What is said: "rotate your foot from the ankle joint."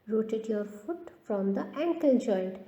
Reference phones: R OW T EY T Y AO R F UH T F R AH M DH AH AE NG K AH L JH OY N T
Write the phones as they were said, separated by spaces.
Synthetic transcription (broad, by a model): R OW T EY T Y AO R F UH T F R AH M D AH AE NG K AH N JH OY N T